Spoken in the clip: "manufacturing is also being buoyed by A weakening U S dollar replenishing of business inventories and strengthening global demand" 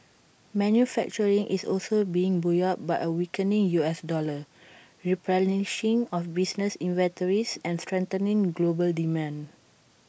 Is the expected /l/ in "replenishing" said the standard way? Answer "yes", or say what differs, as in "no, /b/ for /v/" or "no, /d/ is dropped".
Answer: no, /l/ is dropped